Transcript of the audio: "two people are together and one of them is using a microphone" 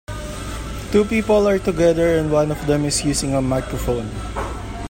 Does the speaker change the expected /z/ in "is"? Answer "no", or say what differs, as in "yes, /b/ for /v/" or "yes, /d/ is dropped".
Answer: yes, /s/ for /z/